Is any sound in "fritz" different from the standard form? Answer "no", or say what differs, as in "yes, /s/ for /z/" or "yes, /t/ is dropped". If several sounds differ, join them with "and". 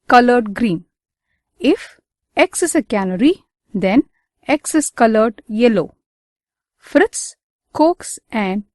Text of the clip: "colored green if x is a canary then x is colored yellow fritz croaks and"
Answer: no